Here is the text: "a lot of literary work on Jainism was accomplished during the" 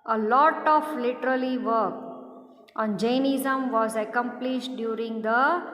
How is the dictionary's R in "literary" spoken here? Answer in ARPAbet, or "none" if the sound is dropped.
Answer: L